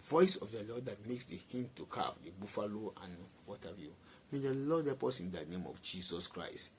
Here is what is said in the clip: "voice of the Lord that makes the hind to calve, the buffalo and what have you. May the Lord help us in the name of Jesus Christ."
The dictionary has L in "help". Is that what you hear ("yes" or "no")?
no